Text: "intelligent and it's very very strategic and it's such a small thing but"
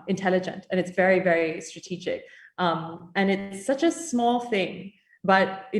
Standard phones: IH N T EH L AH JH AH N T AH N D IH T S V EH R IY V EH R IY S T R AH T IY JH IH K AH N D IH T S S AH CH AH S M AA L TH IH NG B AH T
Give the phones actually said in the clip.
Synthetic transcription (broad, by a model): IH N T EH L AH JH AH N T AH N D IH T S V EH R IY V EH R IY S T R AH T IY JH IH K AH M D IH T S S AH CH AH S M AA L TH IH NG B AH T